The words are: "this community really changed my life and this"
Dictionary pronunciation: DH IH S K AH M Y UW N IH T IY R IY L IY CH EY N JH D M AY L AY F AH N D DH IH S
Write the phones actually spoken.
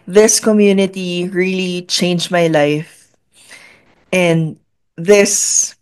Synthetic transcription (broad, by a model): DH IH S K AH M Y UW N IH T IY R IY L IY CH EY N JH M AY L AY F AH N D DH IH S